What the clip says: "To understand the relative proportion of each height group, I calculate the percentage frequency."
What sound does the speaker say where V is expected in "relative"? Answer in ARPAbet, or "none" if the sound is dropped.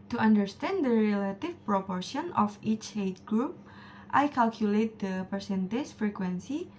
F